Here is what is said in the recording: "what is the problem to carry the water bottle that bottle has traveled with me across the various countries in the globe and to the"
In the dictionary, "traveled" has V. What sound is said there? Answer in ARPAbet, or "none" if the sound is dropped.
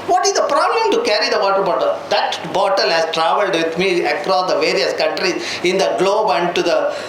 V